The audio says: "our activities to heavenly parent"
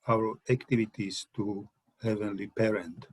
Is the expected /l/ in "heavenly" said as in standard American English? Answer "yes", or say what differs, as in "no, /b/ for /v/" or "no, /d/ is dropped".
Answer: yes